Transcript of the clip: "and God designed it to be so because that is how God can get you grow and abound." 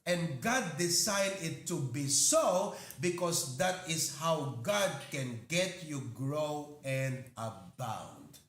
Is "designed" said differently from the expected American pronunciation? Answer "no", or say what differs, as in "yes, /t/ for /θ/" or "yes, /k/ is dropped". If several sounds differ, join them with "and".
yes, /s/ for /z/